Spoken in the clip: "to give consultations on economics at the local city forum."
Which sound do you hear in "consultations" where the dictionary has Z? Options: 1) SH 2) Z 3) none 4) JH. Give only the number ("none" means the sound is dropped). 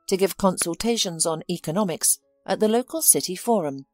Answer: 2